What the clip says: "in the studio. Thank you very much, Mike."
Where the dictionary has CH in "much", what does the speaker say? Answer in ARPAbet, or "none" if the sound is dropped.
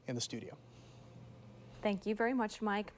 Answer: CH